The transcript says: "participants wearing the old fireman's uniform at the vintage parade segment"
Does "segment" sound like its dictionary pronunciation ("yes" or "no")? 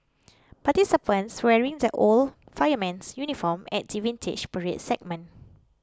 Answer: no